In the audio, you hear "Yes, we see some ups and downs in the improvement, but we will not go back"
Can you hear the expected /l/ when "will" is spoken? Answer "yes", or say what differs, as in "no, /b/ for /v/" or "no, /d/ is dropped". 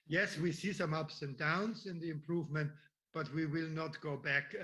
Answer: yes